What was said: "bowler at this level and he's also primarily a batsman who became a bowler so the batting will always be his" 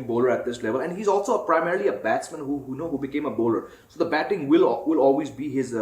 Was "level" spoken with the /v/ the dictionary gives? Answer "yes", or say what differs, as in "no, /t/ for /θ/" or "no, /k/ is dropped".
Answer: yes